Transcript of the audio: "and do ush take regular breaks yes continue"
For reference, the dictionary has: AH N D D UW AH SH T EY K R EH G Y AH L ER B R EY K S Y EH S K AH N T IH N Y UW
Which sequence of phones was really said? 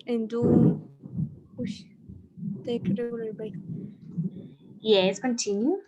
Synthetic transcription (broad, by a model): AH N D D UW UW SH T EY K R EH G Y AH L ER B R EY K Y EH S K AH N T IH N Y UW